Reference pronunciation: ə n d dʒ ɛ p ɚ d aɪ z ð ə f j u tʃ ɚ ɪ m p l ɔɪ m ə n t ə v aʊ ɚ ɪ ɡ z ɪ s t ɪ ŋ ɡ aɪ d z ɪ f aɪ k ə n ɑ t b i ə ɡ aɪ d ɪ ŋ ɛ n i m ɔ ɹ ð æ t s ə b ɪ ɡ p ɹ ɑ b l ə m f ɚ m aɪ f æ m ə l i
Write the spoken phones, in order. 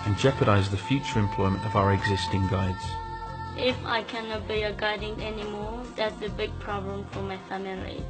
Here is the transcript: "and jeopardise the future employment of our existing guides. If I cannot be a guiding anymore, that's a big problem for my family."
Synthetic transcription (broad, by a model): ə n dʒ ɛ p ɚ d aɪ z ð ə f j u tʃ ɚ ɪ m p l ɔɪ m ə n t ə v aʊ ɚ ɪ ɡ z ɪ s t ɪ ŋ ɡ aɪ d z ɪ f aɪ k ə n ɑ t b i ə ɡ aɪ d ɪ ŋ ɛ n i m ɔ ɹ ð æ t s ə b ɪ ɡ p ɹ ɑ b l ə m f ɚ m aɪ f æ m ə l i